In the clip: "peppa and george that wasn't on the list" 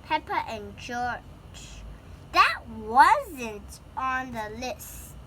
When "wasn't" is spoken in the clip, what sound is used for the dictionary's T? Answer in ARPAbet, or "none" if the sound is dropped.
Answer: T